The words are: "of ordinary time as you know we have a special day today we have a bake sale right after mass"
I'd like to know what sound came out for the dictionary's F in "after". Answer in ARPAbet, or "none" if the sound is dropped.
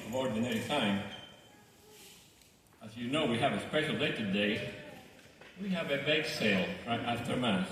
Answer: none